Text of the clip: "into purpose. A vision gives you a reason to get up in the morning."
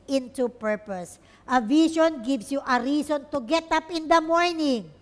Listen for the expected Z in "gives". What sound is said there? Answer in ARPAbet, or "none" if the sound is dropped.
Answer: S